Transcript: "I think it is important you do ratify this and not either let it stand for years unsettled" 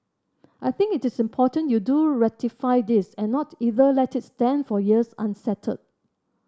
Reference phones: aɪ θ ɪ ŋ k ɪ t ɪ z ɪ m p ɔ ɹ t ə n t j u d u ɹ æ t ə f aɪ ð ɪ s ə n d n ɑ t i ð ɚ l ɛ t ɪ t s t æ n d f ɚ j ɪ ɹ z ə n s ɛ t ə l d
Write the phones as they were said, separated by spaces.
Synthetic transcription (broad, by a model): aɪ θ ɪ ŋ k ɪ t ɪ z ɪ m p ɔ t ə n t j u d u ɹ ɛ t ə f aɪ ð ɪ s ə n n ɑ t i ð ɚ l ɛ t ɪ t s t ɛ n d f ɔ j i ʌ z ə n s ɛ t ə d